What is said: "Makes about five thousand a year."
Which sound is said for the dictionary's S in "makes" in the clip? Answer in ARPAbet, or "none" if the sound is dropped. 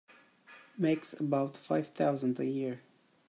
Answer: S